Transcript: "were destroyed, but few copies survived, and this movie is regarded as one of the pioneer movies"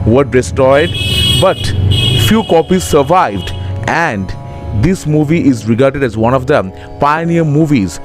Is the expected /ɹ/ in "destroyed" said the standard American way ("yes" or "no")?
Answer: no